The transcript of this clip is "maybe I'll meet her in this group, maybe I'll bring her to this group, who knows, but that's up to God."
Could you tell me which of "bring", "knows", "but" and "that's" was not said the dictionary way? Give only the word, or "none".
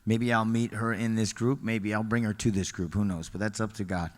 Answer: none